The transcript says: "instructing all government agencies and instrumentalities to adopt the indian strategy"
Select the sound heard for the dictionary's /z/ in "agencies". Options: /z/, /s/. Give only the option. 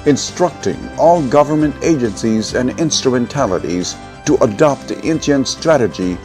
/z/